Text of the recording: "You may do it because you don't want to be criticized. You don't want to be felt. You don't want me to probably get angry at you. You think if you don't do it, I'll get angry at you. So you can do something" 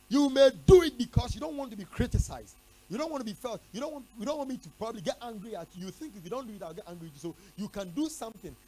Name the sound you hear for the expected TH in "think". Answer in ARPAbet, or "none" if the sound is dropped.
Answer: TH